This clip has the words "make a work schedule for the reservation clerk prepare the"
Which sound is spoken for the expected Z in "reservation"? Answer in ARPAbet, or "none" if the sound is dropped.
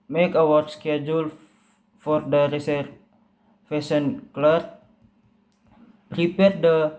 S